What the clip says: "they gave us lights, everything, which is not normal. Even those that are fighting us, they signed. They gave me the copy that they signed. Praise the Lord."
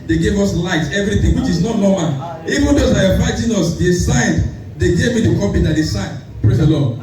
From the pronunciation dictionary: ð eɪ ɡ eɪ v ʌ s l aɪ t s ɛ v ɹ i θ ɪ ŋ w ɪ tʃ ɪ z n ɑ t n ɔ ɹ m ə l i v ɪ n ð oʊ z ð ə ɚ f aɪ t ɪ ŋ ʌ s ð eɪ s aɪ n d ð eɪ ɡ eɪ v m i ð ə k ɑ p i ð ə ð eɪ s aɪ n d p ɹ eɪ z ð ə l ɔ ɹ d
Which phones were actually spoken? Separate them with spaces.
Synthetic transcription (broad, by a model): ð eɪ ɡ eɪ v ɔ s l aɪ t ɛ v ɹ i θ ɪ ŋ w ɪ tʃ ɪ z n ɑ t n ɔ m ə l i v ɪ n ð oʊ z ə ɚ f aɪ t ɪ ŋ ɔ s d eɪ s aɪ n d eɪ ɡ eɪ v m i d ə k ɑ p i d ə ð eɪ s aɪ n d p ɹ eɪ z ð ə l ɔ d